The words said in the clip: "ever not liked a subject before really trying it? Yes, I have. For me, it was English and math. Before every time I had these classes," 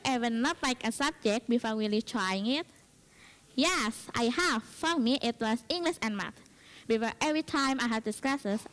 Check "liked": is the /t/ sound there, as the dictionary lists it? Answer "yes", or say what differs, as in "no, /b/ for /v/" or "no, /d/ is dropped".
no, /t/ is dropped